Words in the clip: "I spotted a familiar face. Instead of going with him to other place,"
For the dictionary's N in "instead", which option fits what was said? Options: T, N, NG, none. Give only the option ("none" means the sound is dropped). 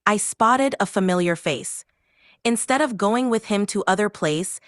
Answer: N